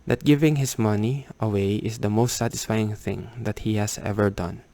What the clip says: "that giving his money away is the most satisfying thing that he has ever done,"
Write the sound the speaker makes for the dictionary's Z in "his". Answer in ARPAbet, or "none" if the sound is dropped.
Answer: S